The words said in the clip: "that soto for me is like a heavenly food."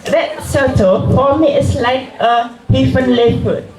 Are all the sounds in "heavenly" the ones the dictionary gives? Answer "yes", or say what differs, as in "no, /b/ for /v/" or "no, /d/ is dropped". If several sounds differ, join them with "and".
no, /f/ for /v/